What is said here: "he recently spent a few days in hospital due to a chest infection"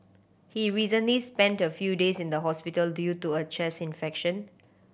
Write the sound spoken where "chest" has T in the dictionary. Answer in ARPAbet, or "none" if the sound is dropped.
none